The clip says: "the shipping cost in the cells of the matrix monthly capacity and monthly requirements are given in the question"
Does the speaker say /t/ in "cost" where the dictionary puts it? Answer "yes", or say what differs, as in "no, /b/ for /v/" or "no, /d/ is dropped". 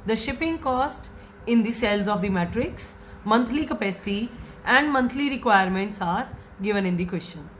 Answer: yes